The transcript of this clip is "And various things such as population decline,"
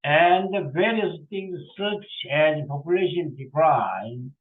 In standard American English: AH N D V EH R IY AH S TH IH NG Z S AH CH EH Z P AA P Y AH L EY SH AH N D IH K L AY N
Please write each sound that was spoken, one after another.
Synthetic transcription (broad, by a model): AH N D V EH R IY AH S T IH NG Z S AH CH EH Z P AA P Y AH L EY SH AH N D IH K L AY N